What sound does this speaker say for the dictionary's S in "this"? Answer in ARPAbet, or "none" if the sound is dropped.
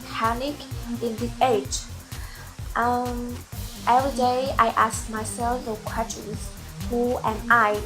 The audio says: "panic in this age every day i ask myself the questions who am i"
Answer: none